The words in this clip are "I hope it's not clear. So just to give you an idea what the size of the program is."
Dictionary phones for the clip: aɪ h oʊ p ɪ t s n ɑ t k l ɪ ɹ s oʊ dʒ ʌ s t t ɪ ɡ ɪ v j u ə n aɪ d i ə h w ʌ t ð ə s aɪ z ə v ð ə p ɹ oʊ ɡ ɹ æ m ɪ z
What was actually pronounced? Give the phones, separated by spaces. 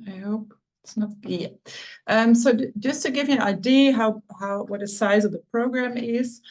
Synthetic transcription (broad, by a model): aɪ h oʊ p ɪ t s n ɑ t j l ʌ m s oʊ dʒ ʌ s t t ɪ ɡ ɪ v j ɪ ə n aɪ d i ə h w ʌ t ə s aɪ z ə v ð ə p ɹ oʊ ɡ ɹ æ m ɪ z